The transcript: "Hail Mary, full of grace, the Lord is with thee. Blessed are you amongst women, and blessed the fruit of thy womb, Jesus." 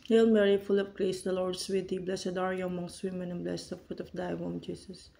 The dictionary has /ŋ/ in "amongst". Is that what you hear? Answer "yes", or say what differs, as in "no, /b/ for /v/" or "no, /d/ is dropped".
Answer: yes